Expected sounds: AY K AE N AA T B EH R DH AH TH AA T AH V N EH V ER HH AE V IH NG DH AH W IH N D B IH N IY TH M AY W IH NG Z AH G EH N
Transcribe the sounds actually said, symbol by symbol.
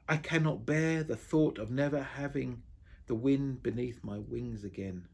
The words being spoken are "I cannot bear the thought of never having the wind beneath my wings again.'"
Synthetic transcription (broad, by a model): AY K AE N AA T B EH R DH AH TH AA T AH V N EH V ER HH AE V IH NG DH AH W IH N B IH N IY TH M AY W IH NG Z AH G EH N